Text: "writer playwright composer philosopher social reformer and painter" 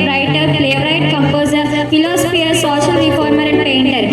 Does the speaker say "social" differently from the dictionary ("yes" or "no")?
yes